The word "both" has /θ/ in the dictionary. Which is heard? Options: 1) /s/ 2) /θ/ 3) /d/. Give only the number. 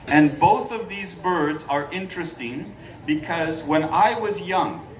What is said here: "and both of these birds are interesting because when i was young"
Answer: 2